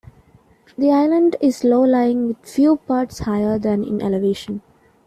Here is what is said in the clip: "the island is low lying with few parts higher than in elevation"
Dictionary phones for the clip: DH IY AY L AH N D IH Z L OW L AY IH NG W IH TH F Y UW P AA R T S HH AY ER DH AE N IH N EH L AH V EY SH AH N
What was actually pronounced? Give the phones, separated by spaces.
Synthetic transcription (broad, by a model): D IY AY L AH N D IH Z L OW L AY IH NG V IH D F Y UW P AA R T S HH AY ER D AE N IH N EH L AH V EY SH AH N